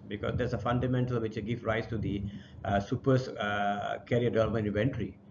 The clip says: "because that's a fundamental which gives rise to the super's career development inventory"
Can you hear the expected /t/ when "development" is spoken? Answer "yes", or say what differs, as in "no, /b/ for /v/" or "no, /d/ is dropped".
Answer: no, /t/ is dropped